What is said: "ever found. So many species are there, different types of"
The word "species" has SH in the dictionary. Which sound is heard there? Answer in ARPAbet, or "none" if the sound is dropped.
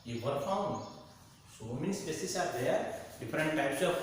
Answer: S